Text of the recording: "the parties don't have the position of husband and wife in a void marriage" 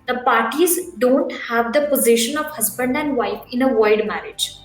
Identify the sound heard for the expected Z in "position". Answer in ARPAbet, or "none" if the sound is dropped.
Z